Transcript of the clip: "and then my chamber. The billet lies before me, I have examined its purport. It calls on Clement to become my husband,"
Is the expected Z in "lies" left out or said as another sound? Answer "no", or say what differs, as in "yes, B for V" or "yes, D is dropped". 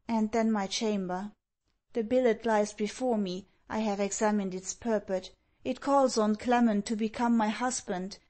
no